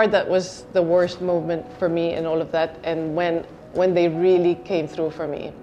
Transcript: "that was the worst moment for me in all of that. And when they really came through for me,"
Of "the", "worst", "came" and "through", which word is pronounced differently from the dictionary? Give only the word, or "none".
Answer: none